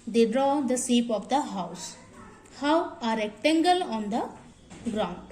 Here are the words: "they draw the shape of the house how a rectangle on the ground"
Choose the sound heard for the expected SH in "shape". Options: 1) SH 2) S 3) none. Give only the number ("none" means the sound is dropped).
2